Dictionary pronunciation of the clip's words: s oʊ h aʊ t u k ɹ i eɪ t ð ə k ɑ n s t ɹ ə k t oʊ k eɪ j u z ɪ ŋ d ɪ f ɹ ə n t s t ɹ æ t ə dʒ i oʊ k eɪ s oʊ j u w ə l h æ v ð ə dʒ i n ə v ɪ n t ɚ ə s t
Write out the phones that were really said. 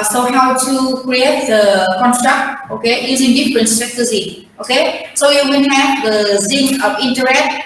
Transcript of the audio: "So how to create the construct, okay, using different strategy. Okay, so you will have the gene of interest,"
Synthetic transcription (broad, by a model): s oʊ h aʊ t u k ɹ i eɪ t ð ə k ɑ n s t ɹ ə k t oʊ k eɪ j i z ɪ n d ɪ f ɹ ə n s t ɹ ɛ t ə z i oʊ k eɪ s oʊ j u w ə n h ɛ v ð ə z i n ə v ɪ n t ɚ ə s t